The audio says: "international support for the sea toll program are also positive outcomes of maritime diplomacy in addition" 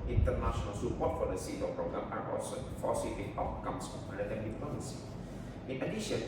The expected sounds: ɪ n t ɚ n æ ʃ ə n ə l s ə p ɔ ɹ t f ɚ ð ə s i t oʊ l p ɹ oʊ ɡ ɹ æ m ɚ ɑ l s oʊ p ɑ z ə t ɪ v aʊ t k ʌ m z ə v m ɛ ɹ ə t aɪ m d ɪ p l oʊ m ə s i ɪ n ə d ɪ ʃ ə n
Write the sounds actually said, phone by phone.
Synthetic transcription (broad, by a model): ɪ n t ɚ n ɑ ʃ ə n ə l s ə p ɔ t f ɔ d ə s i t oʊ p ɹ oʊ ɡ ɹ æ m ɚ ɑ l s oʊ f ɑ s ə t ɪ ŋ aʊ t k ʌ m s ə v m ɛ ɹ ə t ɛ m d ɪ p oʊ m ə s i ɪ n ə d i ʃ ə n